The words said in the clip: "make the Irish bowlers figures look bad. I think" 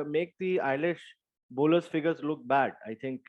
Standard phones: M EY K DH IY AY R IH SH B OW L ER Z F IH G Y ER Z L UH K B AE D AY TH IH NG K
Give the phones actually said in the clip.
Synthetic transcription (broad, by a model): M EY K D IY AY L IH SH B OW L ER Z F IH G ER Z L UH K B AE D AY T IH NG K